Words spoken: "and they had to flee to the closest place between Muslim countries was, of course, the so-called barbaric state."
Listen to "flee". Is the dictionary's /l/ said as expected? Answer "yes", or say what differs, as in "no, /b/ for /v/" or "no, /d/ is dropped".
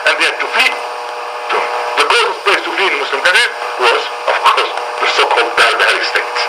no, /l/ is dropped